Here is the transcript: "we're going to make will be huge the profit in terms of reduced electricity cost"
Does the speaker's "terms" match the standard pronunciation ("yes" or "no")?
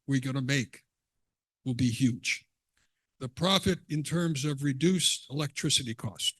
yes